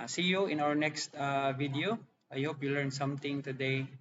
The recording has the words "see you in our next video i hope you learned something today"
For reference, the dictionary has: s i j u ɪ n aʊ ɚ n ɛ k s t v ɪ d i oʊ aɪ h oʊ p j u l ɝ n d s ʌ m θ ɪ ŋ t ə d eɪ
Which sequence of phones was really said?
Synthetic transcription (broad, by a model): s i j u ɪ n aʊ ɚ n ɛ k s t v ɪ d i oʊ aɪ h oʊ p j u l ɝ n s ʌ m t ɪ ŋ t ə d eɪ